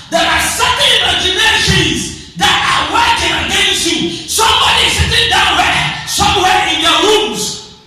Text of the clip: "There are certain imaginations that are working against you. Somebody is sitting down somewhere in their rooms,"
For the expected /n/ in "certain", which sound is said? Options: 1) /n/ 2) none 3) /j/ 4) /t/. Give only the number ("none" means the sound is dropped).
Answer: 2